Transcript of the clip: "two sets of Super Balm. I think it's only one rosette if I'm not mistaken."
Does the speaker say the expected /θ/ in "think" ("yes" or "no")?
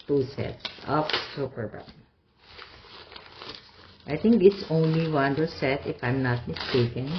no